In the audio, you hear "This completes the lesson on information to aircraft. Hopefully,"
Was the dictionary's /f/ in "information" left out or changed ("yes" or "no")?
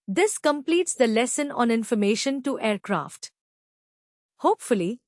no